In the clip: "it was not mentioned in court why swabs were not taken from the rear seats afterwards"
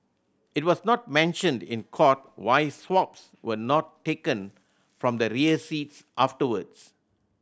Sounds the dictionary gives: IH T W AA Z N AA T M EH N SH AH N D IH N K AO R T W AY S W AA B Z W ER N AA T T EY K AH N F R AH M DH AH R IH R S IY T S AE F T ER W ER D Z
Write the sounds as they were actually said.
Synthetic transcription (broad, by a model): IH T W AA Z N AA T M EH N SH AH N D IH N K AO T W AY S W AA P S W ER N AA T T EY K AH N F R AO M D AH R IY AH S IY T S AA F T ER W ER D S